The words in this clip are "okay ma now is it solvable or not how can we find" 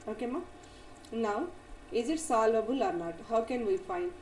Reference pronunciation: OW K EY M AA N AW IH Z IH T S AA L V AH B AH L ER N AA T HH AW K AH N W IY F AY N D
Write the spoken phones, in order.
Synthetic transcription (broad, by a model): OW K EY M AA N AW IH Z IH T S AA L AH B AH L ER N AA T HH AW K AH N W IY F AY N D